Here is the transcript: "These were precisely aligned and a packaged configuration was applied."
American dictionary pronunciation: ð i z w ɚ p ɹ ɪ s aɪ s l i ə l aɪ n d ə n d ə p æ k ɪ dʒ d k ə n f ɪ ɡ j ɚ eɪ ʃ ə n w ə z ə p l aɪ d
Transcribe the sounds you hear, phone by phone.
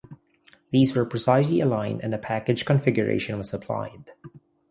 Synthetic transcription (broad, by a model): ð i z w ɚ p ɹ ɪ s aɪ s l i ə l aɪ n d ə n ə p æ k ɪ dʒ k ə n f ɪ ɡ j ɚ eɪ ʃ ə n w ə z ə p l aɪ d